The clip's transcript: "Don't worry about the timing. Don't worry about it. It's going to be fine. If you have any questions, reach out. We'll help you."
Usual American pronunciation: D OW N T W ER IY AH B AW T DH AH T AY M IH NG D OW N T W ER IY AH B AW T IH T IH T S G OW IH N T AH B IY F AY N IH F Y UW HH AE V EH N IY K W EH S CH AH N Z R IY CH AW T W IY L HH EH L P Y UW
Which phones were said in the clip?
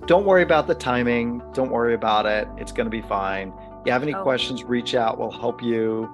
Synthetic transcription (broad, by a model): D OW N T W ER IY AH B AW T DH AH T AY M IH NG D OW N T W ER IY AH B AW T IH T IH T S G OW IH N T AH B IY F AY N Y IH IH V EH N IY K W EH S CH AH N Z R IY CH AW T W IY L HH EH L P Y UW